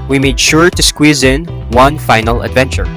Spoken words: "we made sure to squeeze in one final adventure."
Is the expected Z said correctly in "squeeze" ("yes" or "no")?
yes